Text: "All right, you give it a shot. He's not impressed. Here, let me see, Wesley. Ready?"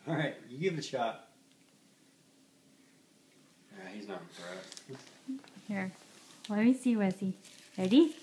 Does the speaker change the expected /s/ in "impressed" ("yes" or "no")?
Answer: yes